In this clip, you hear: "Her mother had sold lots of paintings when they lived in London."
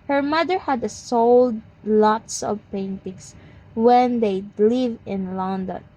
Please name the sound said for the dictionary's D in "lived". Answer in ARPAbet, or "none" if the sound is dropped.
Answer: none